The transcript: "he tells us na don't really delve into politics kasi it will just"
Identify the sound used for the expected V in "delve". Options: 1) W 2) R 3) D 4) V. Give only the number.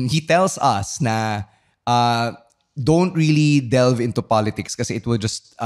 4